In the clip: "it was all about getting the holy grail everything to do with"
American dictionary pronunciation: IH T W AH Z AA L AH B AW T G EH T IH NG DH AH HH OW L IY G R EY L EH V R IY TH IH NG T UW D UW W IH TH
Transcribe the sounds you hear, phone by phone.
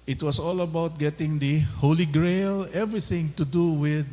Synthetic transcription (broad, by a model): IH T W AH S AA L AH B AW T G EH T IH NG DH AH HH OW L IY G R EY L EH V R IY TH IH NG T UW D UW W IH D